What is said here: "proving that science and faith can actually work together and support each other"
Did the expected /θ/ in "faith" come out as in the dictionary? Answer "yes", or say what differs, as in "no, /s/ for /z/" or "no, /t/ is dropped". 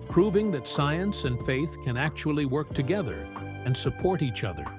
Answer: yes